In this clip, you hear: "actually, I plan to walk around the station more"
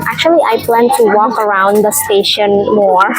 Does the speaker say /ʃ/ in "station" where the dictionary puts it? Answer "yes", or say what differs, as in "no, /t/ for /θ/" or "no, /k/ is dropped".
yes